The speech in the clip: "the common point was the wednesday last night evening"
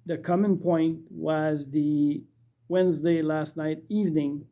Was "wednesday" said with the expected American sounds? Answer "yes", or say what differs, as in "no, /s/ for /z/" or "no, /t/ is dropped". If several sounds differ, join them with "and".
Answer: yes